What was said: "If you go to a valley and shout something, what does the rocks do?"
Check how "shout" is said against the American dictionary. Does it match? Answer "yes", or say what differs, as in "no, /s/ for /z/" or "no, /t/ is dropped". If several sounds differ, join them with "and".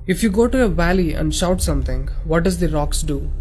yes